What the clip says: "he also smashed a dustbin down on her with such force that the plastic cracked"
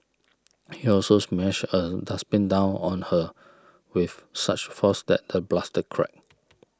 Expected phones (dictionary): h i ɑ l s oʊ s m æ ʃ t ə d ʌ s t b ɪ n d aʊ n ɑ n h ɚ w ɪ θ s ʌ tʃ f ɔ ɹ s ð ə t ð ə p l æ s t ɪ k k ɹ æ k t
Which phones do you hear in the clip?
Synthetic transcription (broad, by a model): h i ɑ l s oʊ s m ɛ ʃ ə d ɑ s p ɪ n d aʊ n ɑ n h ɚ w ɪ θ s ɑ tʃ f ɔ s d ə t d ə b l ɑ s t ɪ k k ɹ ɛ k